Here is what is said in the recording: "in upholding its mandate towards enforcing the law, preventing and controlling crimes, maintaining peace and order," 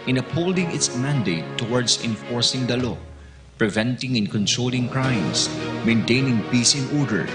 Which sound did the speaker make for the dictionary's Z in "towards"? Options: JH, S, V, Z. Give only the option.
S